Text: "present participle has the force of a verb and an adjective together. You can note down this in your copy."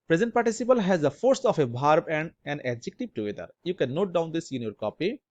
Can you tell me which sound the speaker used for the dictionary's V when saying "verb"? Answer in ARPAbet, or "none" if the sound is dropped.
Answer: B